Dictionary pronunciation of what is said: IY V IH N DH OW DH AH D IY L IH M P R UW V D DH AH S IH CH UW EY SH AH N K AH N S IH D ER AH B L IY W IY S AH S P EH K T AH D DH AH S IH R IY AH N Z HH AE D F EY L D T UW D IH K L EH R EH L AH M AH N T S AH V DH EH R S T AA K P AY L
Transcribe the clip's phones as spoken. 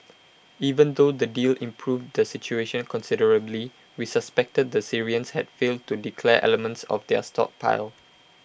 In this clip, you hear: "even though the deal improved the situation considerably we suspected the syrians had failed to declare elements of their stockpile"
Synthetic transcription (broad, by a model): IY V IH N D OW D AH D IY L IH M P R UW V D AH S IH CH UW EY SH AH N K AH N S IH D ER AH B L IY W IY S AH S P EH K T AH D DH AH S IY R IY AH N S HH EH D F EY L D T UW D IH K L EH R EH L AH M AH N T S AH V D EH S T AA K P AY L